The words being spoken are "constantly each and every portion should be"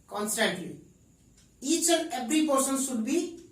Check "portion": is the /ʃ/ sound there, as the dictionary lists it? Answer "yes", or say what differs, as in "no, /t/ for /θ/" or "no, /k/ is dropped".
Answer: no, /s/ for /ʃ/